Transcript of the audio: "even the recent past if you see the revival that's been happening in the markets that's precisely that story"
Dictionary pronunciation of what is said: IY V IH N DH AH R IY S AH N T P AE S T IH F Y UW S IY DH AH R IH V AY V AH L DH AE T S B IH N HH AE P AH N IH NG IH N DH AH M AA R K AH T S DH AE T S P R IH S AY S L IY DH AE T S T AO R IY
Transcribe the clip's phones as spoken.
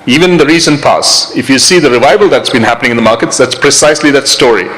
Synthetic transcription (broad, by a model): IY V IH N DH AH R IY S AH N P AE S IH F Y UW S IY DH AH R IH V AY V AH L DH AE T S B IH N HH AE P AH N IH NG IH N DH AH M AA R K AH T S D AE T S P R IH S AY S L IY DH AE T S T AO R IY